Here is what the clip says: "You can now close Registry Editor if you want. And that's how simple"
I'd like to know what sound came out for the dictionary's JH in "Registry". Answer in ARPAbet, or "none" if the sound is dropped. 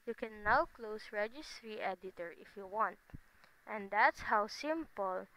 JH